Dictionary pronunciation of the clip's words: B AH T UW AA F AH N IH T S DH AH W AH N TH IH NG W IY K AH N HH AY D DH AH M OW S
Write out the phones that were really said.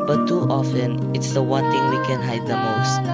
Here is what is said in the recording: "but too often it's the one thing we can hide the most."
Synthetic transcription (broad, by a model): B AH T UW AA F AH N IH T S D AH W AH N T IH NG W IY K AH N HH AY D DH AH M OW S